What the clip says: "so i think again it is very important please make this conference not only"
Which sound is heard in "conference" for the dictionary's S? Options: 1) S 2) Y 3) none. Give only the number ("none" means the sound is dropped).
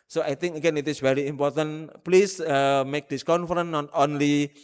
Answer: 3